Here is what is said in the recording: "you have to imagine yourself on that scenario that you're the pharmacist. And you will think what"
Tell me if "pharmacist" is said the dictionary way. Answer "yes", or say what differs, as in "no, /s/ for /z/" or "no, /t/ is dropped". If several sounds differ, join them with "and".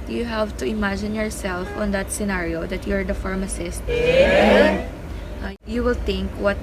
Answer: no, /t/ is dropped